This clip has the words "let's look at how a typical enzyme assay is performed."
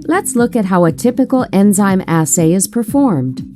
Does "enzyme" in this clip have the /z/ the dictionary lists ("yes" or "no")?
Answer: yes